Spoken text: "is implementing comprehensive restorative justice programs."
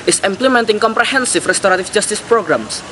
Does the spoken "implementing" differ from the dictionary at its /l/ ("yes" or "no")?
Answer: no